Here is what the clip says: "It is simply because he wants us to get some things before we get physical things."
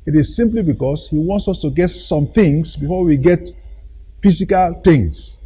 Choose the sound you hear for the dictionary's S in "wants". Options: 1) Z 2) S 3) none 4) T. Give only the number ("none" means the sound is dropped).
2